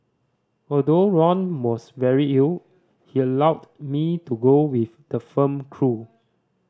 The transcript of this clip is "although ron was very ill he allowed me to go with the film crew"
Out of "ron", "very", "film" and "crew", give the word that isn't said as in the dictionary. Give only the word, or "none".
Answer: film